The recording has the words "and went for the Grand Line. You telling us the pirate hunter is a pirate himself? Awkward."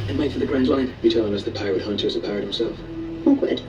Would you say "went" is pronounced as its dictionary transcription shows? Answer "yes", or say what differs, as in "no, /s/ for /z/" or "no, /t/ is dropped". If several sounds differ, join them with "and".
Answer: no, /n/ is dropped